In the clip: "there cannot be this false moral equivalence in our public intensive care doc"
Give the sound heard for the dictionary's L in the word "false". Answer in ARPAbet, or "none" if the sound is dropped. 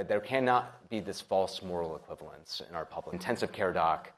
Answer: L